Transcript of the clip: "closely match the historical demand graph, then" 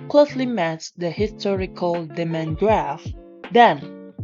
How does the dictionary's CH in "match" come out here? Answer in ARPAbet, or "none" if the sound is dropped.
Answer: S